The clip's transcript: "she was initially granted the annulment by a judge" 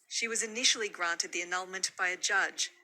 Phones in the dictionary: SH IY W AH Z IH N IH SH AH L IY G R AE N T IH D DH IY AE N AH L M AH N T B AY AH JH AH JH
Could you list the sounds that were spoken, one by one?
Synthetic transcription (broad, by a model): SH IY W AH Z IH N IH SH L IY G R AE N T IH D DH IY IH N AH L M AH N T B AY AH JH AH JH